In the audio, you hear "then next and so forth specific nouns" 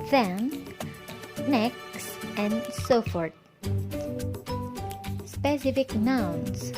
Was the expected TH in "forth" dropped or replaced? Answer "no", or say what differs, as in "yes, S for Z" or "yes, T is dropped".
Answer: yes, T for TH